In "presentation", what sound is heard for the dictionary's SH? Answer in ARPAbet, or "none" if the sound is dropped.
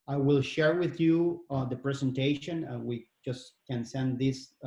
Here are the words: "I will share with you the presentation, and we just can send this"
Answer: none